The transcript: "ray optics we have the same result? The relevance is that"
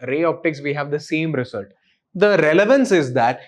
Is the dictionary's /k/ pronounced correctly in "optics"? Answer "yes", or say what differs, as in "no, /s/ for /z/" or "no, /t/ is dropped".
yes